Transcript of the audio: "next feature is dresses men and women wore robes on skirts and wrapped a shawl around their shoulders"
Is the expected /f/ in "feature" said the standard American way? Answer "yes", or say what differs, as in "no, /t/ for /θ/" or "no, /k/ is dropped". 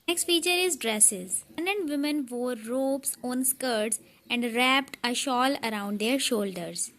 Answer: yes